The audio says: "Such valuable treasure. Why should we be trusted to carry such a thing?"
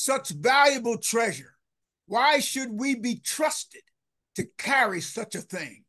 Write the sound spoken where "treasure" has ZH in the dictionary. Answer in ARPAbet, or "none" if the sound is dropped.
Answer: ZH